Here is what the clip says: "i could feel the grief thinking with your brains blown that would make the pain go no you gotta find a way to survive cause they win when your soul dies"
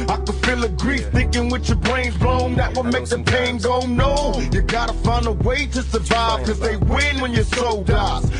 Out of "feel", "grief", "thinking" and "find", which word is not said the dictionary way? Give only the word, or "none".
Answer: find